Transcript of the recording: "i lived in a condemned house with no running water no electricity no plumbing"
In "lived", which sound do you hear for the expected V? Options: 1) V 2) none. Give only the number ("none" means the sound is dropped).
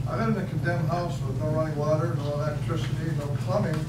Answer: 2